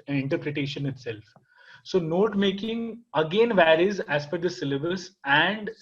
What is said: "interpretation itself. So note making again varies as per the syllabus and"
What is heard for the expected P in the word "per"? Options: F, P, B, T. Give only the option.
F